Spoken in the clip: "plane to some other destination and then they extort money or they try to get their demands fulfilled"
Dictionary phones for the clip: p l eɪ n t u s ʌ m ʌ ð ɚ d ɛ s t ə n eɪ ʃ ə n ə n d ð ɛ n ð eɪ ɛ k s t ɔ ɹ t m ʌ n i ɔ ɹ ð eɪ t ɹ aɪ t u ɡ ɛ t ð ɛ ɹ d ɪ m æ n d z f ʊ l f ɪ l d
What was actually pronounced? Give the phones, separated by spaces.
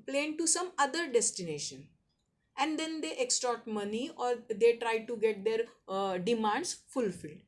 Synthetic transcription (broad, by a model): p l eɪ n t u s ʌ m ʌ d ɚ d ɛ s t ə n eɪ ʃ ə n ə n d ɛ n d eɪ ɛ k s t ɔ ɹ t m ʌ n i ɔ ɹ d eɪ t ɹ aɪ t u ɡ ɛ t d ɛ ɹ d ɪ m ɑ n d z f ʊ l f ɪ l d